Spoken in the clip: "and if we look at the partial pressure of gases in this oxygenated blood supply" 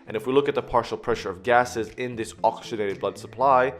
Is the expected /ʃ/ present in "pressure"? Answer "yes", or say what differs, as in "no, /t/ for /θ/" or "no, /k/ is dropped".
yes